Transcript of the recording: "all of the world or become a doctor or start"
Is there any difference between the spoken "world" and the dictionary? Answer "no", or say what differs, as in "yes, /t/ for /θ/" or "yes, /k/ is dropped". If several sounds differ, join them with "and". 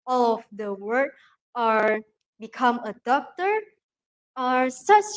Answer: yes, /l/ is dropped